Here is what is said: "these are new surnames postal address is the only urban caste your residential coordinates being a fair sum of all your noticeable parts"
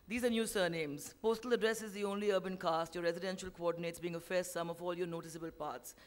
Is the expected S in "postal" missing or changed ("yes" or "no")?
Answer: no